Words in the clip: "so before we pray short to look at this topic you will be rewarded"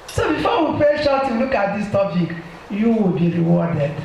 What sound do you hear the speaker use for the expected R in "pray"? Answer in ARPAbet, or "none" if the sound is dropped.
none